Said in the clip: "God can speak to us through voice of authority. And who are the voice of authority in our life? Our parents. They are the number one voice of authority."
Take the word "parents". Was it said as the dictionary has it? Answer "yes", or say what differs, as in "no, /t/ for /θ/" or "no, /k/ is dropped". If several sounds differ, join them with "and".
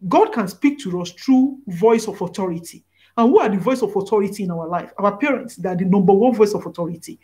yes